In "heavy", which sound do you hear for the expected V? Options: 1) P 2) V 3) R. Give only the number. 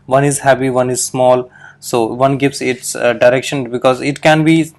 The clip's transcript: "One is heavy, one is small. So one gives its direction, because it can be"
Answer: 1